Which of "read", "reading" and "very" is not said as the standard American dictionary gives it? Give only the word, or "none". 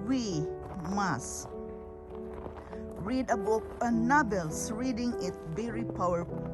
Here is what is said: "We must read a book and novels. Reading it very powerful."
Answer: very